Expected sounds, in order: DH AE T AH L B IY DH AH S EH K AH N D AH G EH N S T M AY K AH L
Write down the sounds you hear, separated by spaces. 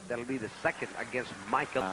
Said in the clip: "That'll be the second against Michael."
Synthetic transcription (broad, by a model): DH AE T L B IY DH AH S EH K AH N D AH G EH N S T M AY K